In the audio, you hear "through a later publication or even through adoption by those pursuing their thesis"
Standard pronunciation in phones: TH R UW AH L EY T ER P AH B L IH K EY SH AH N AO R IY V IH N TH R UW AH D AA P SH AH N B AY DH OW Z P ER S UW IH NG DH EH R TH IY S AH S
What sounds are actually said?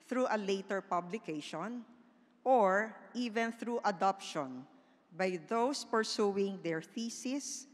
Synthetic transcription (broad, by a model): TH R UW AH L EY T ER P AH B L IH K EY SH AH N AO R IY V IH N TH R UW AH D AA P SH AH N B AY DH OW S P ER S UW IH NG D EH R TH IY S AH S